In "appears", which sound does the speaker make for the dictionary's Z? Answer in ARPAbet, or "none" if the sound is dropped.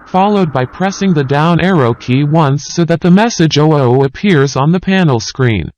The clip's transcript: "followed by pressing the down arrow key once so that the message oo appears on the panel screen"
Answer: Z